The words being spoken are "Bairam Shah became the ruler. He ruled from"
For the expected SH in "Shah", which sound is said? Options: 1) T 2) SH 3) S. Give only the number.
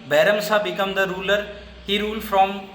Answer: 3